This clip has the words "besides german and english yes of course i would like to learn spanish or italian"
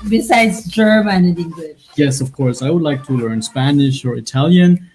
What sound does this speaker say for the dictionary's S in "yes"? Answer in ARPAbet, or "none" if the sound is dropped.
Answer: S